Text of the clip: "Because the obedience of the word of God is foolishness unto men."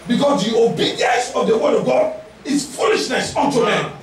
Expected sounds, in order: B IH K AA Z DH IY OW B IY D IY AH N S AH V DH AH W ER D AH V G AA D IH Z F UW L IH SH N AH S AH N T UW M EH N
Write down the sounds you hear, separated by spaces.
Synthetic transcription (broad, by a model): B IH K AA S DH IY OW B IY D IY AH N S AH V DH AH W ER D AH V G AA D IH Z F UW L IH SH N AH S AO N T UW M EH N